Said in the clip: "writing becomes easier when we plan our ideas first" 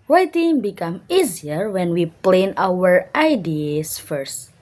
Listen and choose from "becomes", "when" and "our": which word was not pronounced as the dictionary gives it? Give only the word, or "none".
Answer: becomes